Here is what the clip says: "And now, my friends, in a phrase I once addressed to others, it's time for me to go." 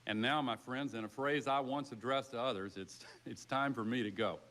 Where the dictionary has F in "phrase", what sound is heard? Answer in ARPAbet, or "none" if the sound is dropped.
F